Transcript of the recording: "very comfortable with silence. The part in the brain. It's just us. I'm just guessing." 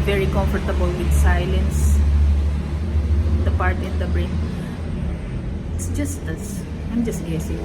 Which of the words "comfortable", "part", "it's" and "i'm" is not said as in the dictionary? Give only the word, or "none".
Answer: none